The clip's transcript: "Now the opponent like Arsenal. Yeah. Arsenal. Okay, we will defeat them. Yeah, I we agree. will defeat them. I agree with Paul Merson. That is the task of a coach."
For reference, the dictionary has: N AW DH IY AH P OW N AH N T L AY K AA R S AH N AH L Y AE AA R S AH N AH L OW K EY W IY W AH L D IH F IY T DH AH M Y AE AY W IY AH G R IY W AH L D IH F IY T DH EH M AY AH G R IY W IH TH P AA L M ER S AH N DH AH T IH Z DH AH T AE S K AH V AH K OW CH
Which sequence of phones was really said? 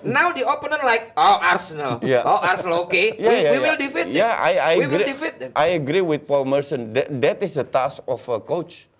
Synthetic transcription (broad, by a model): N AW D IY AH P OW N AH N L AY K AA R S AH N AH L Y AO AA R S AH N AH L OW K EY W IY W AH L D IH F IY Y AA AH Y AY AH AH G R IY D IH F IY T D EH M AY AH G R IY W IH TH P AA L M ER S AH N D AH T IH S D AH T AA S K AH F AH K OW CH